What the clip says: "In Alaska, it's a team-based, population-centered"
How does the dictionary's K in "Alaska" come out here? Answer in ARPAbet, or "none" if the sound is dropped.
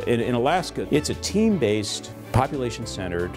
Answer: K